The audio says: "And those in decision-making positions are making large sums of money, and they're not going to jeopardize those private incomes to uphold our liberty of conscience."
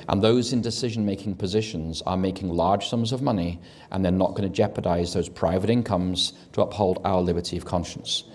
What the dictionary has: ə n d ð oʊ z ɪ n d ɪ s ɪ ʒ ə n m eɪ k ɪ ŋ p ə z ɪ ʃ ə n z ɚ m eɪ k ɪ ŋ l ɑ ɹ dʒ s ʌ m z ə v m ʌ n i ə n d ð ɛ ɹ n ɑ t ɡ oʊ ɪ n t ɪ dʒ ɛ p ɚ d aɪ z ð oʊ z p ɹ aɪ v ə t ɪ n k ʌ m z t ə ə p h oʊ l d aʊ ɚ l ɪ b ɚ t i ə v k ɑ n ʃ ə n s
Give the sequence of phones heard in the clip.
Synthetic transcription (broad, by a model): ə n ð oʊ z ɪ n d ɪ s ɪ ʒ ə n m eɪ k ɪ ŋ p ə z ɪ ʃ ə n z ɚ m eɪ k ɪ ŋ l ɑ ɹ dʒ s ʌ m z ə v m ʌ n i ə n ð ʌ ɹ n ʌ t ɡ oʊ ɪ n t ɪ dʒ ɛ p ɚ d aɪ z ð oʊ z p ɹ aɪ v ə t ɪ n k ʌ m z t ə ə p h oʊ l d aʊ ɚ l ɪ b ɚ t i ə v k ɑ n ʃ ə n s